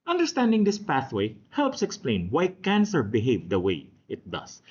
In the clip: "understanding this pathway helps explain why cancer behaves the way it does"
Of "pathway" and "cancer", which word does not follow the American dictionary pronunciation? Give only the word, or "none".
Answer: none